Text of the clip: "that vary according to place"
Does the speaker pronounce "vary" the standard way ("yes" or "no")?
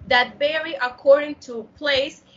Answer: no